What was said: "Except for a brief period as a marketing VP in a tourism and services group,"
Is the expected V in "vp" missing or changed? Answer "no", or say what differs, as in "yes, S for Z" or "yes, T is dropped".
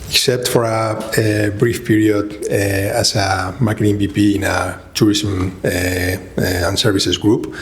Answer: yes, B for V